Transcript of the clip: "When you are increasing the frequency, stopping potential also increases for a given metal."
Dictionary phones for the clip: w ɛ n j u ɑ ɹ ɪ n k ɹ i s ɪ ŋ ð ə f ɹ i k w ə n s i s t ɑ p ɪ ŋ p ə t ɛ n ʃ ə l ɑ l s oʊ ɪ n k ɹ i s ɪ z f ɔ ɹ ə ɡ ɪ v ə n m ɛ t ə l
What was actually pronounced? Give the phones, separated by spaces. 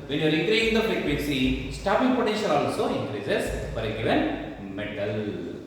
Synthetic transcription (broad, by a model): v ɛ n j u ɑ ɹ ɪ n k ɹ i ɪ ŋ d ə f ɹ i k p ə s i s t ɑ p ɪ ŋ p ə t ɛ n ʃ ə l ɑ l s oʊ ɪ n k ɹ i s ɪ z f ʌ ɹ ə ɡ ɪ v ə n m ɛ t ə l